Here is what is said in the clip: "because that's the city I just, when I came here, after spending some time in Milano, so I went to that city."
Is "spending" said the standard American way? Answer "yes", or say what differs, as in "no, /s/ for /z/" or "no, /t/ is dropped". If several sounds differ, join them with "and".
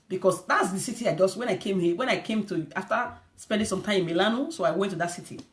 yes